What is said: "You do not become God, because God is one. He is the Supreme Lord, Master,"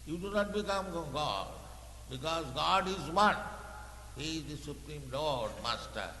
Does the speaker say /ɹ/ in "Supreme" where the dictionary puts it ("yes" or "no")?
yes